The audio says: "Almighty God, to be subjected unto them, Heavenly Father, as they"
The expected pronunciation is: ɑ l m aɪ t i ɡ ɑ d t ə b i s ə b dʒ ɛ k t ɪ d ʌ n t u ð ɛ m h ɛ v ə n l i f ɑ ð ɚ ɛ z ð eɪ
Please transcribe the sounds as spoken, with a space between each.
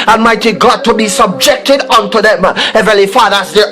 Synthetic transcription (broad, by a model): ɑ m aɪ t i ɡ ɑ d t ə b i s ə b dʒ ɛ k t ɪ d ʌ n t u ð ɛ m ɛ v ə l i f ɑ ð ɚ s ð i